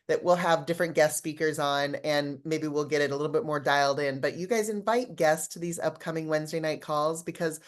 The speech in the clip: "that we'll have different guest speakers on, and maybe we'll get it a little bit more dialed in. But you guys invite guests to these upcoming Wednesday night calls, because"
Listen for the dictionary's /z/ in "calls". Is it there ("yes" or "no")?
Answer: yes